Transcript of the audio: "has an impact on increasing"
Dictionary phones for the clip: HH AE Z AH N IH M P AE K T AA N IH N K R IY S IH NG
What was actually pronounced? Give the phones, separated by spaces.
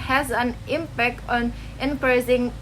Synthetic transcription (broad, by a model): HH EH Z AH N IH M P AE K T AA N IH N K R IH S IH NG